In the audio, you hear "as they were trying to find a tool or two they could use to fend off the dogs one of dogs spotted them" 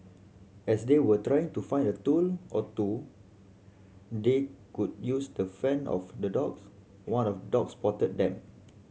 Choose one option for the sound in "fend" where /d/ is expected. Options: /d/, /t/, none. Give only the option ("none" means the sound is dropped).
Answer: none